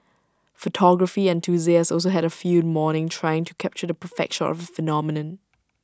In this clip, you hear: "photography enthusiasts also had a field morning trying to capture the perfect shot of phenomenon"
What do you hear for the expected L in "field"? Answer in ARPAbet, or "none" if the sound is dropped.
none